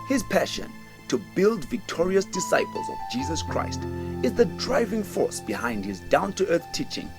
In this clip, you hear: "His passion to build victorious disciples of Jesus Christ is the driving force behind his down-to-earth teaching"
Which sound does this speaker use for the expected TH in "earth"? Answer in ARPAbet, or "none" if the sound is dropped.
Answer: TH